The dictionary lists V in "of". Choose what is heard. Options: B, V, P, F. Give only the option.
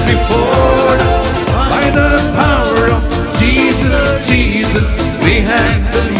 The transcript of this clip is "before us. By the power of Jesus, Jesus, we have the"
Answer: V